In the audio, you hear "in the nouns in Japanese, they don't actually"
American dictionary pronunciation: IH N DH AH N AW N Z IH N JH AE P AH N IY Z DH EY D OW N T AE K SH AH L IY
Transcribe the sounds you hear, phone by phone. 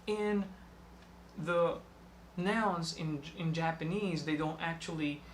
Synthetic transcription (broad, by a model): IH N DH AH N AW N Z IH N JH AE P AH N IY Z DH EY D OW N T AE K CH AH L IY